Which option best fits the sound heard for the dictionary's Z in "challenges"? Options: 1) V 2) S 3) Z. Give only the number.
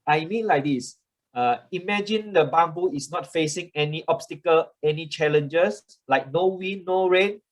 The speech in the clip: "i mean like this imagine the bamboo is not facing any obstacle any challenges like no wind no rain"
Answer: 2